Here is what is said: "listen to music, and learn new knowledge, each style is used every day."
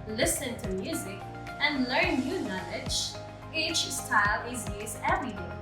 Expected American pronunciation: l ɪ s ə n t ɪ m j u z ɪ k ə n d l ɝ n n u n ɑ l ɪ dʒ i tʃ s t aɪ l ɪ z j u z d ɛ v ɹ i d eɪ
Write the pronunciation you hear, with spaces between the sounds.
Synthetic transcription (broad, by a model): l ɪ s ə n t ɪ m j u z ɪ k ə n l ɝ n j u n ɑ l ɪ dʒ i tʃ s t aɪ l ɪ z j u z ɛ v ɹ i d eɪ